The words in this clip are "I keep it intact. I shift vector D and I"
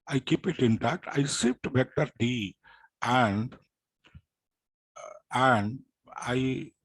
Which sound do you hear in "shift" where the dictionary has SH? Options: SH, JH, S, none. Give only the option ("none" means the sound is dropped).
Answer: S